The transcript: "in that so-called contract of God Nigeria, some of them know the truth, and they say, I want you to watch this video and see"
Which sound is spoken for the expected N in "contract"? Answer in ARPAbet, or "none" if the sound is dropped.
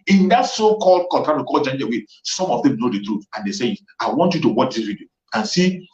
none